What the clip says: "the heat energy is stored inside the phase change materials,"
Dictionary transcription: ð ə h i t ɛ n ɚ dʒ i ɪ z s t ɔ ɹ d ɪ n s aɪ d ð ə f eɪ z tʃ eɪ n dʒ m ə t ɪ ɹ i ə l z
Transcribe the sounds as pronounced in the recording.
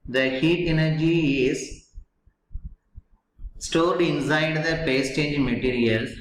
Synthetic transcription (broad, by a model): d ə h i t ɛ n ɚ dʒ i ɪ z s t ɔ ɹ d ɪ n s aɪ d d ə p eɪ s tʃ eɪ n dʒ m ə t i ɹ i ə l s